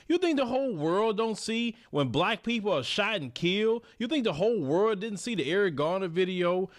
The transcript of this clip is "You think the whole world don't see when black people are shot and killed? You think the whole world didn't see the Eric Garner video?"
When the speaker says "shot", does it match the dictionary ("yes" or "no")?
no